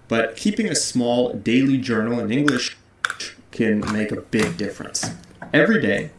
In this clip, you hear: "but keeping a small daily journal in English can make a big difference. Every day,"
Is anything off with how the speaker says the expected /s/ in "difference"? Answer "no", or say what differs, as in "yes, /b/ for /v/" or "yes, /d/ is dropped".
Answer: no